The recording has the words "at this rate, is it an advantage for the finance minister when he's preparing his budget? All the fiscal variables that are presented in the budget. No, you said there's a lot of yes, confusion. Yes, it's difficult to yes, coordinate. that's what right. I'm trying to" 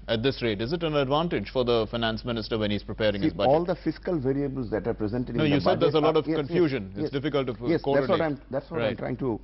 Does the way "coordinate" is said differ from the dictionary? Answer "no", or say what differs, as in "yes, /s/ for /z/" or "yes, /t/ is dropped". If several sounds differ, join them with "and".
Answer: yes, /n/ is dropped